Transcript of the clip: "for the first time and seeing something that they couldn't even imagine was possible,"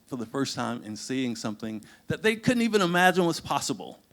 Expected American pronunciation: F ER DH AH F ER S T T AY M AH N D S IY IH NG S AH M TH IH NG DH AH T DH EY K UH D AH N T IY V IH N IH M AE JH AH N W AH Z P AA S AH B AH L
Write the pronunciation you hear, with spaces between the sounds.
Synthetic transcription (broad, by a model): F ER DH AH F ER S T T AY M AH N S IY IH NG S AH M TH IH NG DH AH T DH EY K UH D N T IY V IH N IH M AE JH AH N W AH S P AA S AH B L